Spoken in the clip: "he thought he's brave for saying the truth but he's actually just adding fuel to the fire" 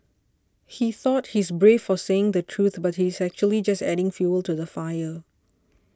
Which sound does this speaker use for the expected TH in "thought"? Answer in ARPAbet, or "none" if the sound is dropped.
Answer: TH